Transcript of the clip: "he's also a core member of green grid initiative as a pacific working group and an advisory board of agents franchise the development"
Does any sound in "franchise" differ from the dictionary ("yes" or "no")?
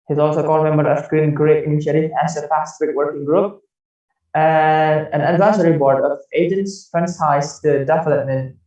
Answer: yes